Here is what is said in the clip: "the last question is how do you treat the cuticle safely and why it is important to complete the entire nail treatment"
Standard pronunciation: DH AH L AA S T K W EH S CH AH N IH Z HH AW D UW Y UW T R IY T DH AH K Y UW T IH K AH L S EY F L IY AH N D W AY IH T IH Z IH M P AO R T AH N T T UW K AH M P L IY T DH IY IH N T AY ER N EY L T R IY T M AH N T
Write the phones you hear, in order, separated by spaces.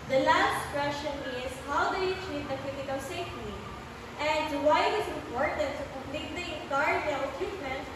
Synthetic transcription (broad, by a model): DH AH L AA S T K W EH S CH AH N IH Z HH AW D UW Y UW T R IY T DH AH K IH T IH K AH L S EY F N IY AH N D W AY IH T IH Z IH M P AO R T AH N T T UW K AH M P L IY T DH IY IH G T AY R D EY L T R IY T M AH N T